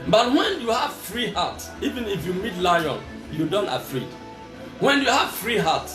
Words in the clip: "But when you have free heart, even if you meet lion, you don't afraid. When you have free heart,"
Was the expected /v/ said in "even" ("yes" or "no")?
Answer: yes